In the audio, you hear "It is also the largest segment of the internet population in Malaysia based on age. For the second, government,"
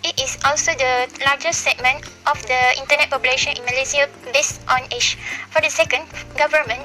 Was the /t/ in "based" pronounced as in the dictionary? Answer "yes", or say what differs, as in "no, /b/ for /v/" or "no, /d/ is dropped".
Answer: yes